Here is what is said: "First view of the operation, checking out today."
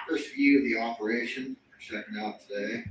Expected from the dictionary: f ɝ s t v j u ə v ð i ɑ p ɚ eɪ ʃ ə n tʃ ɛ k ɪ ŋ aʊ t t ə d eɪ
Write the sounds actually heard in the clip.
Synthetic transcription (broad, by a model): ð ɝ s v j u ə v ð i ɑ p ɚ eɪ ʃ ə n s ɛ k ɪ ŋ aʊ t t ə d eɪ